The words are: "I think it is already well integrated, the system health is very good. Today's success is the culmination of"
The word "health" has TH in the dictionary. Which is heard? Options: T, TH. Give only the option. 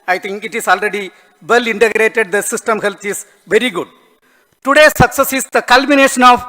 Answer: T